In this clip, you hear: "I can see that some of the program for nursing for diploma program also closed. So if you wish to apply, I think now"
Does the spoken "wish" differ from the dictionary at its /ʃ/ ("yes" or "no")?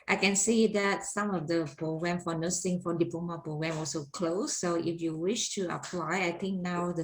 no